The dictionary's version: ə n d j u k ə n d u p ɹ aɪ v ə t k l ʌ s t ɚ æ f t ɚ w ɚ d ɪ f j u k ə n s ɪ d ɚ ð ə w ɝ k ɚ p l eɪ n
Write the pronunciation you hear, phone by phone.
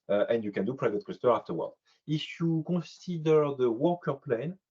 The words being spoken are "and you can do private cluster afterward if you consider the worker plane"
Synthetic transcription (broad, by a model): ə n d j u k ə n d u p ɹ aɪ v ə t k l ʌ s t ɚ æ f t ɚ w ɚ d ɪ f j u k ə s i d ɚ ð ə w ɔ k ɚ p l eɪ n